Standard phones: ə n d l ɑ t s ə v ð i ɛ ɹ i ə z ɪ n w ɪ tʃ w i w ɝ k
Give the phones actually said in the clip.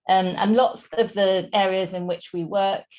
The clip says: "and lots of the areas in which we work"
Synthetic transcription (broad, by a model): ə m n l ɑ t s ə v ð i ɛ ɹ i ə z ɪ n w ɪ tʃ w i w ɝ k